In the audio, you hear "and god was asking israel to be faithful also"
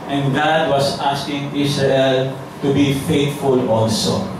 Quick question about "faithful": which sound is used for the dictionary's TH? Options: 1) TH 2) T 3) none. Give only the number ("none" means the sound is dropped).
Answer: 2